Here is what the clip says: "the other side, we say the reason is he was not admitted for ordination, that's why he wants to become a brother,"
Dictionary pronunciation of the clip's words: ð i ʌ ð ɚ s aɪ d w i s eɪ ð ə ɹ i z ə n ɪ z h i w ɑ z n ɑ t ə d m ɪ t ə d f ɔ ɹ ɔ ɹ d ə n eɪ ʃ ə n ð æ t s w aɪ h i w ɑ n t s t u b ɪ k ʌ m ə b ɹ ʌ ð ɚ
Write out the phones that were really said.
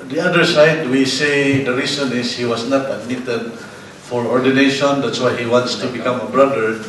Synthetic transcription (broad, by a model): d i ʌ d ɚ s aɪ d w i s eɪ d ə ɹ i s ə n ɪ s h i w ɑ s n ɑ t ə d m ɪ t ə d f ɔ ɹ ɔ ɹ d ə n eɪ ʃ ə n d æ t s w aɪ h i w ɑ n t s t u b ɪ k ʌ m ə b ɹ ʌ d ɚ